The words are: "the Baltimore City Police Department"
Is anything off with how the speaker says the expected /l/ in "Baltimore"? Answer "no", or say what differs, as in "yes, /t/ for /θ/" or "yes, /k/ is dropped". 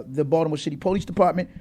yes, /l/ is dropped